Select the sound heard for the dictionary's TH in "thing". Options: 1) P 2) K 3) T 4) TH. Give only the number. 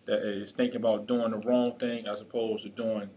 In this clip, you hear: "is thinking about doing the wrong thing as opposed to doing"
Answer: 4